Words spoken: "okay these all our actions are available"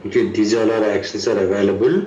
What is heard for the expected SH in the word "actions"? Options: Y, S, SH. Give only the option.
S